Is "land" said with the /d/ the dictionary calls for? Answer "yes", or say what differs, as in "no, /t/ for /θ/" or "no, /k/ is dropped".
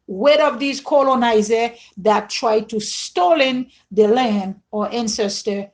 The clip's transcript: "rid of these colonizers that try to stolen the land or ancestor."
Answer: no, /d/ is dropped